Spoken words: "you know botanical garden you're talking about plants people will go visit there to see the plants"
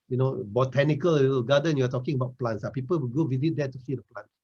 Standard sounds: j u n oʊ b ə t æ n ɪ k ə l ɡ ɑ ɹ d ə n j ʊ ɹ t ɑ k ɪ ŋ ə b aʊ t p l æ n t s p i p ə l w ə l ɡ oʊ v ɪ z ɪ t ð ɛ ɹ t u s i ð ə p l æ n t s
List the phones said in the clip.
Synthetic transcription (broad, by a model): j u n oʊ b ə t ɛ n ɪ k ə l ɡ ɑ d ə n j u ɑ t ɑ k ɪ ŋ ə b aʊ t p l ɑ n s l p i p ə l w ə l ɡ oʊ w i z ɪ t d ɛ t u s i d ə p l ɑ n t